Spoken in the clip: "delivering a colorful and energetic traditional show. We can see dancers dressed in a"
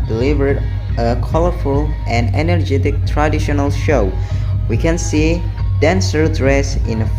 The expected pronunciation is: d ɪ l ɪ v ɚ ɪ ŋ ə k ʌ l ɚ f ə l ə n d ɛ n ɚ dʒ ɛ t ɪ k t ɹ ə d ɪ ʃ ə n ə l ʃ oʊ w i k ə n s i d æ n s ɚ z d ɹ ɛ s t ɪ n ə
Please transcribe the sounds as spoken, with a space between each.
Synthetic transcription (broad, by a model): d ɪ l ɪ v ɚ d ə k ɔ l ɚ f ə l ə n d ɛ n ɚ dʒ ɛ t ɪ k t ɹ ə d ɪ ʃ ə n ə l ʃ oʊ w i k ə n s i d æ n s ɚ d ɹ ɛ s ɪ n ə